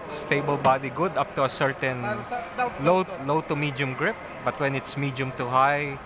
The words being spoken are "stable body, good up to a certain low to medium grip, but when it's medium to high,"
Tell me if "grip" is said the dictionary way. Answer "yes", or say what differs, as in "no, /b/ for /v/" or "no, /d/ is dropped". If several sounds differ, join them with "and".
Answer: yes